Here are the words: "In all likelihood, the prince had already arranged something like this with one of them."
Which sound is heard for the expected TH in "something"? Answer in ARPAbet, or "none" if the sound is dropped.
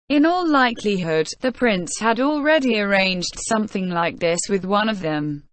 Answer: TH